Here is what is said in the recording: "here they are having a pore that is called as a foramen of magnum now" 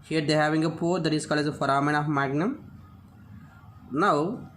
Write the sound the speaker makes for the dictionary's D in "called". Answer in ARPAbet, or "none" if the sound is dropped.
none